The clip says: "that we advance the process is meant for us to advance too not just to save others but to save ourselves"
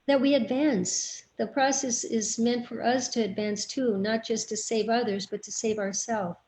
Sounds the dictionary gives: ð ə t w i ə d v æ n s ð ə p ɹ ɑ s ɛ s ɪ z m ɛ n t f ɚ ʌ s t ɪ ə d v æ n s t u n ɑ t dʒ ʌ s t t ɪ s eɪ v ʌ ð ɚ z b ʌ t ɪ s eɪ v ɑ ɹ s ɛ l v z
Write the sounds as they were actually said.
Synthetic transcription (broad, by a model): ð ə t w i ə d v æ n s ð ə p ɹ ɑ s ɛ s ɪ z m ɛ n t f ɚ ʌ s t ɪ ə d v æ n s t u n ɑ t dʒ ʌ s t t ɪ s eɪ v ʌ ð ɚ z b ʌ t ɪ s eɪ v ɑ ɹ s ɛ l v